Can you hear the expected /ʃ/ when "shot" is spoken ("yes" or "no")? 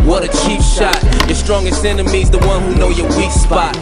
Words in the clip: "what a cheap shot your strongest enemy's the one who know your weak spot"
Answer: yes